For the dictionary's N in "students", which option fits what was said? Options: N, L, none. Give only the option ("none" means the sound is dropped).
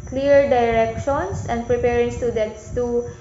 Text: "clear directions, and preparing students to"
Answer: none